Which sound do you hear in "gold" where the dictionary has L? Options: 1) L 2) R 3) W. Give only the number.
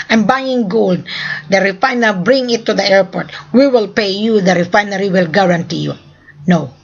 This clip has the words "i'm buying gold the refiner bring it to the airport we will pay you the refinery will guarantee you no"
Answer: 1